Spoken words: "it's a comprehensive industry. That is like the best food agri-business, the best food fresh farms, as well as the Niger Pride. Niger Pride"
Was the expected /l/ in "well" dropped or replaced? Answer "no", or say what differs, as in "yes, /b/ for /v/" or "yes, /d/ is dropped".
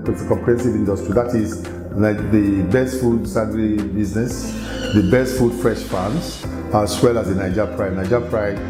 no